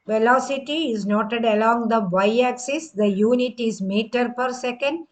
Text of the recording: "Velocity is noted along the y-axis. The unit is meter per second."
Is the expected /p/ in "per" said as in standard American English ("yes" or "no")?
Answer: yes